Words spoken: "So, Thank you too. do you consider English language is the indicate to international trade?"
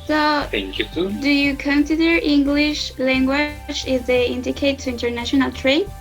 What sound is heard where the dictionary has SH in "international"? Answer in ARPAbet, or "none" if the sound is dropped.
SH